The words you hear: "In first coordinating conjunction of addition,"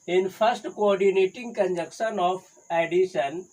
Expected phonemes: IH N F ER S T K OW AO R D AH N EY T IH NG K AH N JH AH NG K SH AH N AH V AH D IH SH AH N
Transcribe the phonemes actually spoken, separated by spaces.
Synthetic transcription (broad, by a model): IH N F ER S T K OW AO R D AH N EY T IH NG K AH N JH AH K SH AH N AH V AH D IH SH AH N